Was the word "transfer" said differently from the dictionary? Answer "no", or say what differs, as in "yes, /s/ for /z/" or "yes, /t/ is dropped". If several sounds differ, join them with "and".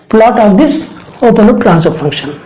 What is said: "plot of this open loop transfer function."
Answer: yes, /f/ is dropped